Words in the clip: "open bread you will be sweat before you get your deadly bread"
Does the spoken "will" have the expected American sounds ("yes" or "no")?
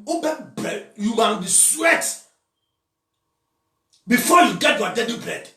no